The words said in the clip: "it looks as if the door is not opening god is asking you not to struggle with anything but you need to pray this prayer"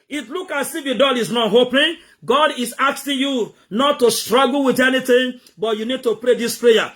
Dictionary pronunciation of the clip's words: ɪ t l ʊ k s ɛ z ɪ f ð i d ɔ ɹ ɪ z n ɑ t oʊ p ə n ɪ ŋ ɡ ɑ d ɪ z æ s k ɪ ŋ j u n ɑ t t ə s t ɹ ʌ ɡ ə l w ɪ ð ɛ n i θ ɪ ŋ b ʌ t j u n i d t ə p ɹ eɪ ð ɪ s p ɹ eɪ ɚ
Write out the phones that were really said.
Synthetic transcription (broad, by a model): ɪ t l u k ɑ s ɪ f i d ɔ l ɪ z n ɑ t oʊ p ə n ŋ ɡ ɑ d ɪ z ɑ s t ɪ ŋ j u n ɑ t t ə s t ɹ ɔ ɡ l w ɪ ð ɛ n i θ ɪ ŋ b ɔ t j u n i d t ə p ɹ eɪ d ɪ s p ɹ eɪ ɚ